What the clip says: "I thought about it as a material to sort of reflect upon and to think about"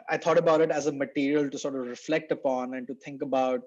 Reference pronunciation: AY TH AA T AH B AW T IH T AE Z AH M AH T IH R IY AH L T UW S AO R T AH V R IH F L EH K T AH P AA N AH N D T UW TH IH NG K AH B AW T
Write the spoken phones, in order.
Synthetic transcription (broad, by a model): AY T AA T AH B AW T IH T AE Z AH M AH T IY R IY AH L T UW S AO R T AH V R IH F L EH K T AH P AA N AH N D T UW T IH NG K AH B AW T